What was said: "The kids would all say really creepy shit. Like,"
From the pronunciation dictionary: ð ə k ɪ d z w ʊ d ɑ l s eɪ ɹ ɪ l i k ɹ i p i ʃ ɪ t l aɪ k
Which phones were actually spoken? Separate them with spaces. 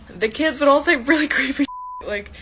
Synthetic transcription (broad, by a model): ð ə k ɪ d z w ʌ d ɑ l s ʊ ɹ ɪ l i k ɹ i i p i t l aɪ k